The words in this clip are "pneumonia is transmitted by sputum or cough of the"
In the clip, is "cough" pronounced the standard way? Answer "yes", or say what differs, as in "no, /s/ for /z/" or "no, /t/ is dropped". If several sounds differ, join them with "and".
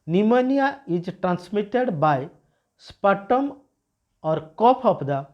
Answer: no, /p/ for /f/